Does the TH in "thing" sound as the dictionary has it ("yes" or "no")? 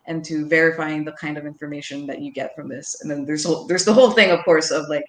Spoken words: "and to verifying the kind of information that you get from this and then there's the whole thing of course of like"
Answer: yes